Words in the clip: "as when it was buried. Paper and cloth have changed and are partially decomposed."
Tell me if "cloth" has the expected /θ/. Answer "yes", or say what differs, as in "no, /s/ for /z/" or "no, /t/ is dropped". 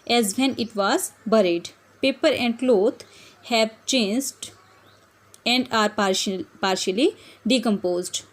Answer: no, /t/ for /θ/